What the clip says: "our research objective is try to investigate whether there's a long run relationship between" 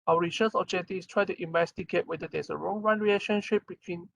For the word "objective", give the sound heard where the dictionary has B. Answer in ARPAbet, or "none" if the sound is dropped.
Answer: none